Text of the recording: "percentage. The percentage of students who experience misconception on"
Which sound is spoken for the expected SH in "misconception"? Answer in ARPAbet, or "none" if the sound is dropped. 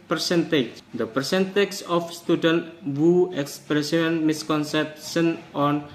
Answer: S